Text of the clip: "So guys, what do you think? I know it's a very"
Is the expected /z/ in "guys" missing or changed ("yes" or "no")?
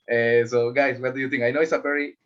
yes